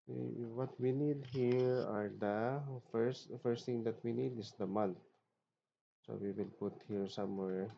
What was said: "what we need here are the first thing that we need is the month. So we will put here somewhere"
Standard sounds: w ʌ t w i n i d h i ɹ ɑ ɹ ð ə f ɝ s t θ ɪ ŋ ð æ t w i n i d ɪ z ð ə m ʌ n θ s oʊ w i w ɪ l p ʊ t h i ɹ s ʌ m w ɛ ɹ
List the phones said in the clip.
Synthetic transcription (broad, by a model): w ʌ t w i n i d h i ɹ ɑ ɹ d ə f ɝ s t t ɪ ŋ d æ t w i n i d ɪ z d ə m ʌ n t s oʊ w i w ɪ l p ʊ t h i ɹ s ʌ m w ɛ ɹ